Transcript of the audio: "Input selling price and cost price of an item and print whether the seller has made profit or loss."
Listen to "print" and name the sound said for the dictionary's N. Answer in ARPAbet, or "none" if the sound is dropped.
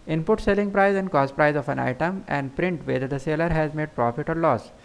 N